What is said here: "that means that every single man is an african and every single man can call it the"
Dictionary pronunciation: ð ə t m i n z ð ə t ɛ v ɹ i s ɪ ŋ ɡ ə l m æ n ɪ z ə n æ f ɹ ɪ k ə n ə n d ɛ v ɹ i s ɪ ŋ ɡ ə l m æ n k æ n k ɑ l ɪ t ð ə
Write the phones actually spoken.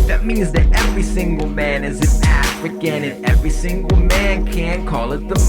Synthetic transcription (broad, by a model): ð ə t m i n z ð ə t ɛ v ɹ i s ɪ ŋ ɡ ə l m æ n ɪ z ə n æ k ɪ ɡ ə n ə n ɛ v ɹ i s ɪ ŋ ɡ l m æ n k æ n k ɑ l ɪ t ð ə